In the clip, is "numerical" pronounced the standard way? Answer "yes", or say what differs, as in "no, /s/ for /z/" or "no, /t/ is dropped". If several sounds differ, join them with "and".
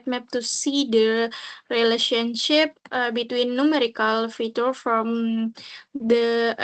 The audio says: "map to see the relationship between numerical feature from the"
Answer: yes